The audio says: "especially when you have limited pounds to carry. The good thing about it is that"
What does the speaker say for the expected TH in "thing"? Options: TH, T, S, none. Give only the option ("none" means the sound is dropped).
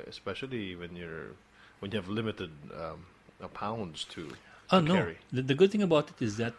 TH